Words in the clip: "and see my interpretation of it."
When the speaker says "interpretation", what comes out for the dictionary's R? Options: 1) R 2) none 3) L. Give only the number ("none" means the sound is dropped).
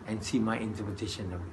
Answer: 2